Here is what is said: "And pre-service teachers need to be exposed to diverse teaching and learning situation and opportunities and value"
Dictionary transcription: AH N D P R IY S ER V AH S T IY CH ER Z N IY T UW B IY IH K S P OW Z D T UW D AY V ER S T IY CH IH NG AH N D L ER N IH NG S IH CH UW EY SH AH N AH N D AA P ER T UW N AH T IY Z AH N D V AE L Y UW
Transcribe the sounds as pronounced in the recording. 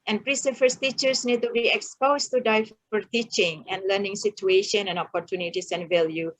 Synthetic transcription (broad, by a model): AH N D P R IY S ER F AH S T IY CH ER S N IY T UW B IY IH K S P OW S T UW D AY F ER T IY CH IH NG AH N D L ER N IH NG S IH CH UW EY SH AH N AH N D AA P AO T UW N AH T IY S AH N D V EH L Y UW